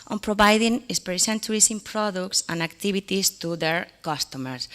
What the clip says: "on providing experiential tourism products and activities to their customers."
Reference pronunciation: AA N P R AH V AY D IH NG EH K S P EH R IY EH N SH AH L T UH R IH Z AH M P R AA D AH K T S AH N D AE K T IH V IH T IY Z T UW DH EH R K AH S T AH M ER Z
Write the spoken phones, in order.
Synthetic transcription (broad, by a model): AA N P R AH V AY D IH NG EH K S P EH R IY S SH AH N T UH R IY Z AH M P R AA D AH K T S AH N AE K T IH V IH T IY S T UW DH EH R K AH S T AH M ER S